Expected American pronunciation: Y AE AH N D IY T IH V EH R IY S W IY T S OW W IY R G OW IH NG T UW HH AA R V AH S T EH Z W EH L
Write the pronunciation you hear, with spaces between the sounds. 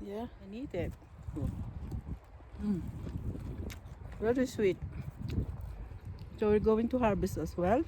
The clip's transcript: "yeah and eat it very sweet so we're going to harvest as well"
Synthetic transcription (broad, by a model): Y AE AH N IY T IH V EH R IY S W IY T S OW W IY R G OW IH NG T UW HH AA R B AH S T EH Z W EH L